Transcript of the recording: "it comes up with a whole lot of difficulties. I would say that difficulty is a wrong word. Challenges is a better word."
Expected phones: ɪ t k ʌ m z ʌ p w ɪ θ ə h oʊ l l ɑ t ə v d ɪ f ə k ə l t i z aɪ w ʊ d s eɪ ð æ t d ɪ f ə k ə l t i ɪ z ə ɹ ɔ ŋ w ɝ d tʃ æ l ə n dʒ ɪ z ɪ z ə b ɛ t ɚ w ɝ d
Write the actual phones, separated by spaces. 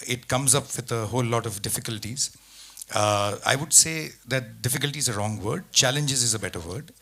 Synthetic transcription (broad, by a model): ɪ t k ʌ m z ʌ p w ɪ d ə h oʊ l l ɑ t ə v d ɪ f ə k ə l t i z aɪ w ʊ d s eɪ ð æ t d ɪ f ə k ə l t i ɪ z ə ɹ ɔ ŋ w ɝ d tʃ æ l ə n dʒ ɪ z ɪ z ə b ɛ t ɚ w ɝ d